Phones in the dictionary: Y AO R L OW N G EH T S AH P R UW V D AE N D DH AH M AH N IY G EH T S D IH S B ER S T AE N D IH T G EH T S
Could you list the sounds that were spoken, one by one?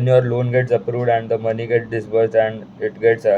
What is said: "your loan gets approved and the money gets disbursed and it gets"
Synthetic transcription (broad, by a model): Y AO R L OW N G EH T S AH P R UW V D AE N D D AH M AH N IY G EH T D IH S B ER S AE N D IH T G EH T S